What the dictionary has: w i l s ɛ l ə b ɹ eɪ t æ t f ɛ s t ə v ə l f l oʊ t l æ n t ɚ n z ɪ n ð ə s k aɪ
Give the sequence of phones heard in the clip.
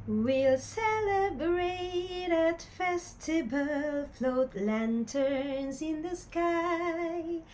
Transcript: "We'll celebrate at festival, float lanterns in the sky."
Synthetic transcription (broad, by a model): w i l s ɛ l ə b ɹ eɪ t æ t f ɛ s t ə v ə l f l oʊ t l æ n t ɚ n z ɪ n ð ə s k aɪ